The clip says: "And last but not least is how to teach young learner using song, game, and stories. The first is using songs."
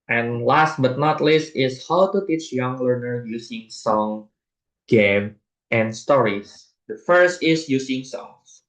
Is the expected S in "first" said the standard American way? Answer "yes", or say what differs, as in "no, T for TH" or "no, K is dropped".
yes